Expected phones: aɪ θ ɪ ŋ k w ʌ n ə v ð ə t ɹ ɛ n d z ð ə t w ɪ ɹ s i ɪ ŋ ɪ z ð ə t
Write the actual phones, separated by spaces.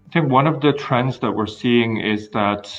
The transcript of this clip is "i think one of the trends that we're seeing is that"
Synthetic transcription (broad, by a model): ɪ θ ɪ ŋ k w ʌ n ə v ð ə t ɹ ɛ n d z ð ə t w ɪ ɹ s i ɪ ŋ ɪ z ð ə t